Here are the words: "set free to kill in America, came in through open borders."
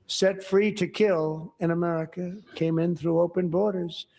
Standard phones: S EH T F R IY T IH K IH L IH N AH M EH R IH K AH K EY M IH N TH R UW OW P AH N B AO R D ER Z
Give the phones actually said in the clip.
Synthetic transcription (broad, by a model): S EH T F R IY T IH K IH L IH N AH M EH R IH K AH K EY M IH N TH R UW OW P AH N B AO R D ER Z